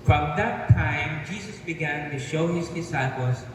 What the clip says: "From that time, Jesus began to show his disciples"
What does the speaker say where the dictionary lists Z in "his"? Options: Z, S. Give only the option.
Z